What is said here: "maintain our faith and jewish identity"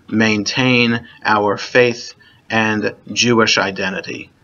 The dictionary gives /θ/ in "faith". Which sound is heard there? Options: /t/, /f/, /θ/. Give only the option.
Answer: /θ/